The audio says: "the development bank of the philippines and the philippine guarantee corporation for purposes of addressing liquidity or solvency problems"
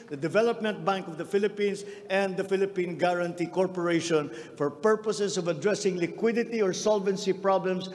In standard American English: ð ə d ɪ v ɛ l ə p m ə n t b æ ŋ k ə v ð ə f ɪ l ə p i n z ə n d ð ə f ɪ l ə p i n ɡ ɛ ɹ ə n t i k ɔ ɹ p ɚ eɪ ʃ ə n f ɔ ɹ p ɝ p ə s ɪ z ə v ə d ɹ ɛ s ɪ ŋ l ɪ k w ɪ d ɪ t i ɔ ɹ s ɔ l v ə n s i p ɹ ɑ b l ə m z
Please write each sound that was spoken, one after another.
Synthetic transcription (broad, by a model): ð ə d ɪ v ɛ l ə p m ə n t b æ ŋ k ə v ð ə f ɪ l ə p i n s ə n d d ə f ɪ l ə p i n ɡ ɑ ɹ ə n t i k ɔ ɹ p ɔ eɪ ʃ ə n f ɔ ɹ p ɝ p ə s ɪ s ə v ə d ɹ ɛ s ɪ ŋ l ɪ k w ɪ d ɪ t i ɔ ɹ s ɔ l v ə n s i p ɹ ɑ b l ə m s